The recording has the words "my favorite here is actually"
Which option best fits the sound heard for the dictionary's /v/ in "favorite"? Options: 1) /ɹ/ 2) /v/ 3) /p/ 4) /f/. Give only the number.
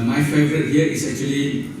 2